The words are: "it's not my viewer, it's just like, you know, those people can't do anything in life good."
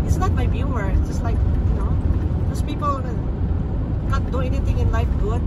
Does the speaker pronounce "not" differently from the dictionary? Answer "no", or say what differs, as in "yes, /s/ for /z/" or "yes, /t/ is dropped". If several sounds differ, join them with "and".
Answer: yes, /l/ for /n/